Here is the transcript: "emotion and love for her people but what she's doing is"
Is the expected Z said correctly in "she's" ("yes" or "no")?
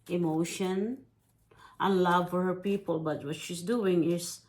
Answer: no